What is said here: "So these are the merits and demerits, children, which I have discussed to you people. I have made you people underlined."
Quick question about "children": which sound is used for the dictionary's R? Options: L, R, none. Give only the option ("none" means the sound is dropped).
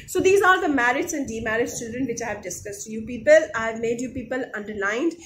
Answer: none